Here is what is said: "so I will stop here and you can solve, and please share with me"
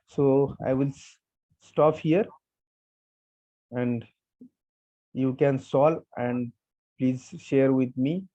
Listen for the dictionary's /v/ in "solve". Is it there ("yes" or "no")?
no